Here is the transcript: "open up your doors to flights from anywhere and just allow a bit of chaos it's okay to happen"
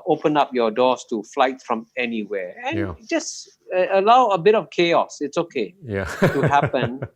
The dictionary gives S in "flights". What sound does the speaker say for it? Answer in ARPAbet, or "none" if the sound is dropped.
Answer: none